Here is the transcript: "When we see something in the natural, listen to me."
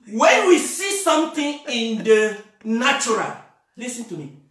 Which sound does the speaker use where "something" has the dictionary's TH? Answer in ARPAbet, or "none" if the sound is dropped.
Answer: T